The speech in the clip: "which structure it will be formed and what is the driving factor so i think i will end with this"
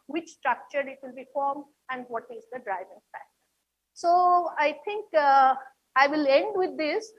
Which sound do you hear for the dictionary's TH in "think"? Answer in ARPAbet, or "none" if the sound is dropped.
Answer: T